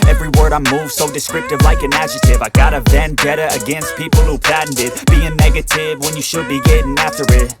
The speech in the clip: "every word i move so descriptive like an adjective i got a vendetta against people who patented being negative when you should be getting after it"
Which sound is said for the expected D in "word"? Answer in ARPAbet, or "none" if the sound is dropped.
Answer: D